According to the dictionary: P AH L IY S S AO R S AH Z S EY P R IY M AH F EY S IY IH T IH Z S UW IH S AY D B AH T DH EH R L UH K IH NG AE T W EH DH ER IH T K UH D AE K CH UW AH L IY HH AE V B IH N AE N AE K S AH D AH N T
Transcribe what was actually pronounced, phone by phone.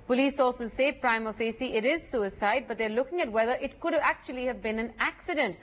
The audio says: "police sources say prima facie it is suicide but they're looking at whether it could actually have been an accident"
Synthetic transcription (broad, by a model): P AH L IY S S AO L S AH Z S EY P R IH M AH F EY S IY IH T IH Z S UW IH S AY D B AH T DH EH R L UH K IH NG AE T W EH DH ER IH T K UH D AE K CH UW AH L IY HH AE V B IH N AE N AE K S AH D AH N T